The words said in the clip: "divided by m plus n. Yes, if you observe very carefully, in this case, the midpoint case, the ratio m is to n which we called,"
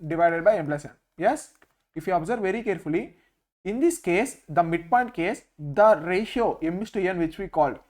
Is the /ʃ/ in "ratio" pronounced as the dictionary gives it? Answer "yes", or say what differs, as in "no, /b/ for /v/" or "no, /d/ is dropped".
yes